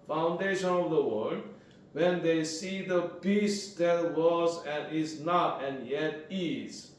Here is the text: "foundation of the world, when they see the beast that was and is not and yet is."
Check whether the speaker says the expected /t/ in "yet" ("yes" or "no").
yes